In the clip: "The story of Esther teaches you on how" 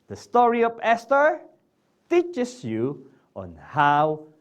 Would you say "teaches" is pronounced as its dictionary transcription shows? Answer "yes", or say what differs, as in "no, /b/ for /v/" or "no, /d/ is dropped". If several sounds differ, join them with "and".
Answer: no, /s/ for /z/